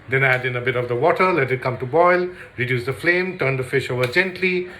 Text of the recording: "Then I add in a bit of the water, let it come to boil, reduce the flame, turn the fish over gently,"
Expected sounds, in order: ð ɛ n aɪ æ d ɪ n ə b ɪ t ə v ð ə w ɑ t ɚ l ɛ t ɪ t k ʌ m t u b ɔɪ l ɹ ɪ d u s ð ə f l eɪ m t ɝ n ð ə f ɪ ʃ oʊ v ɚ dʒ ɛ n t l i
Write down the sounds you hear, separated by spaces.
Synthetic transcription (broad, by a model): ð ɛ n æ d ɪ n ə b ɪ t ə v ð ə w ɑ t ɚ l ɛ t ɪ t k ʌ m t u b ɔɪ l ɹ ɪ d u s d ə f l eɪ m t ɝ n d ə f ɪ ʃ oʊ v ɚ dʒ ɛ n t l i